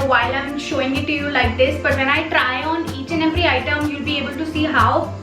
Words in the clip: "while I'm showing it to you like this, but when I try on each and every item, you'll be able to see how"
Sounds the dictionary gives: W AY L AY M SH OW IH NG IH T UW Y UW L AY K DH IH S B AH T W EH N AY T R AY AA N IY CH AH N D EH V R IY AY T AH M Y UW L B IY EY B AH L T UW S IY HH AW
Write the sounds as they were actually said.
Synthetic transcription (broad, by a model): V AY L AY M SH OW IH NG IH T UW Y UW L AY K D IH S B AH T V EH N AY T R AY AA N IY CH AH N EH P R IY AY T AH M Y UW L B IY EY B AH L T UW S IY HH AW